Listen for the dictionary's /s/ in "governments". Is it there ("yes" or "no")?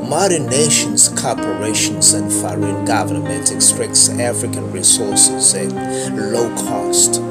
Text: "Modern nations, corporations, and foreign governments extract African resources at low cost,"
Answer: no